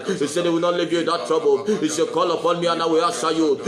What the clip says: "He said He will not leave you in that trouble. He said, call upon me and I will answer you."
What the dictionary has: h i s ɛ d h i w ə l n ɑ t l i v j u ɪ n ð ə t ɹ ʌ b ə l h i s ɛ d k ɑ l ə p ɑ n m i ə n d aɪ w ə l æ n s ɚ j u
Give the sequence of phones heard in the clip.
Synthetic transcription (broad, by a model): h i s ɛ d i w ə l n ɑ t l i v j u ɪ n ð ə t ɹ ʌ b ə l h i s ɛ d k ɑ l ə p ɑ n m i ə n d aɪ w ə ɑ s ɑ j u